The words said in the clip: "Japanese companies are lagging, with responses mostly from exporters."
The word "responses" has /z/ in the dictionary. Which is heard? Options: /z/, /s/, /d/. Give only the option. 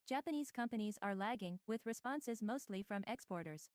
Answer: /z/